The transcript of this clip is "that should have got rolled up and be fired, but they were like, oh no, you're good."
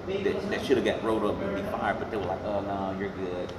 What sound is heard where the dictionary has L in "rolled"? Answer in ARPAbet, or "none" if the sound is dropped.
none